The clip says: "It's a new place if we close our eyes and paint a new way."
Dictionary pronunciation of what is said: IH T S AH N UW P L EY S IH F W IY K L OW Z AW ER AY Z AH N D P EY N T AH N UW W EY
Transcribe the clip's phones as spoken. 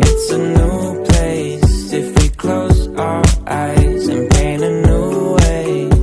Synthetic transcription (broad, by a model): IH T S AH N UW P L EY S IH F W IY K L OW Z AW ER AY Z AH N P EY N AH N UW W EY